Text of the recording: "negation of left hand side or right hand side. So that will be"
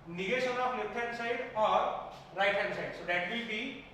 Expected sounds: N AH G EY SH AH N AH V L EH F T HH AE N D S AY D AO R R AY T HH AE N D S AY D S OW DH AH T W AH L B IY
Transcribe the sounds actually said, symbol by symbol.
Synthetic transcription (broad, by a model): N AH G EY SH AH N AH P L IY T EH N S AY D AO R R AY T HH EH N S AY D S OW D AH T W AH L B IY